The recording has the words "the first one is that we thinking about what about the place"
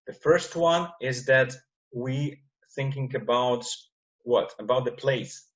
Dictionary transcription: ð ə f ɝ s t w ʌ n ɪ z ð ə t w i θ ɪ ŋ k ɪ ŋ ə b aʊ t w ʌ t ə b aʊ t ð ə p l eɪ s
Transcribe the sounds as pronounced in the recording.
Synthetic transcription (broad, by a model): ð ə f ɝ s t w ʌ n ɪ z ð ə t w i θ ɪ ŋ k ɪ ŋ ə b aʊ t w ʌ t ə b aʊ t ð ə p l eɪ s